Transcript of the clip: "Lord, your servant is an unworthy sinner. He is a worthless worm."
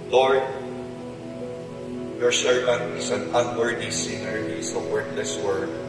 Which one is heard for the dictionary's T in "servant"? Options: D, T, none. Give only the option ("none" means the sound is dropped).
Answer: none